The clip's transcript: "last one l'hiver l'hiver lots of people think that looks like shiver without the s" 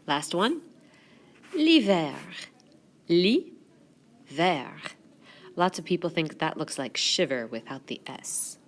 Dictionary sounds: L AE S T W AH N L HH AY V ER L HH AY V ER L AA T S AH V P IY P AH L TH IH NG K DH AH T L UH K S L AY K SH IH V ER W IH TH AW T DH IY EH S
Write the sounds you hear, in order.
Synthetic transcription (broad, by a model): L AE S T W AH N L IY V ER L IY V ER L AA T S AH V P IY P L TH IH NG K DH AH T L UH K S L AY K SH IH V ER W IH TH AW T DH IY EH S